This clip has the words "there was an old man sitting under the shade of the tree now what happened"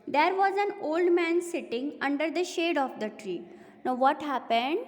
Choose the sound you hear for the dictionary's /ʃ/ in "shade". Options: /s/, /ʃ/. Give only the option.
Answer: /ʃ/